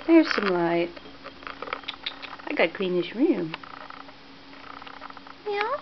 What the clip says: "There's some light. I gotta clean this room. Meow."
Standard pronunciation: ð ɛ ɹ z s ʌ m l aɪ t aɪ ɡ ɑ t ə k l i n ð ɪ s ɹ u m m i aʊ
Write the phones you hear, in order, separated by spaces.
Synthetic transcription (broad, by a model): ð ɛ ɹ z s ʌ m l aɪ t aɪ ɡ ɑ t k l i n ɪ ʃ ɹ u m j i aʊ